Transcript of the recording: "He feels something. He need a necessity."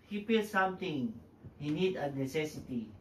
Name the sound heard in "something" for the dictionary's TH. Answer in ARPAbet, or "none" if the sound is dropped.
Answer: T